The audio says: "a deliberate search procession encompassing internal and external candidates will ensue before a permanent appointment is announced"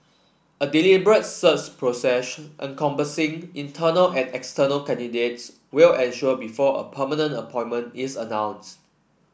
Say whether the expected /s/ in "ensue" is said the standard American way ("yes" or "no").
no